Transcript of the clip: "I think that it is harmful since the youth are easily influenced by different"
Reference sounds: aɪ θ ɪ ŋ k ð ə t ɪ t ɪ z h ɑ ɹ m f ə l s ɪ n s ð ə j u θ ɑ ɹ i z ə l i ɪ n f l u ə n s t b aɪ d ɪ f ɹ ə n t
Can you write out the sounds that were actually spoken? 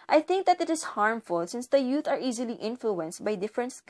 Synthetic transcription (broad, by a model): aɪ θ ɪ ŋ k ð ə t ɪ t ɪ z h ɑ ɹ m f ə l s ɪ n s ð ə j u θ ɑ ɹ i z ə l i ɪ n f l u ə n s t b aɪ d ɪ f ɹ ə n t